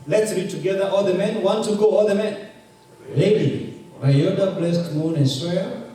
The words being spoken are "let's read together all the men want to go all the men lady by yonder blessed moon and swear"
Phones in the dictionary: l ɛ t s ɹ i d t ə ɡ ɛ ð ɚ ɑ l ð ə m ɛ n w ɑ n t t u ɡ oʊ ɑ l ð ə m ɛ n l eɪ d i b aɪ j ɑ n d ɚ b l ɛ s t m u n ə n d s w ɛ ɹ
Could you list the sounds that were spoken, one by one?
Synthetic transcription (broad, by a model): l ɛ t s ɹ i d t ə ɡ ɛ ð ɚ ɑ l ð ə m ɛ n w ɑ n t t u ɡ oʊ ɑ l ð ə m ɛ n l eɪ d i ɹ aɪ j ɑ d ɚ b l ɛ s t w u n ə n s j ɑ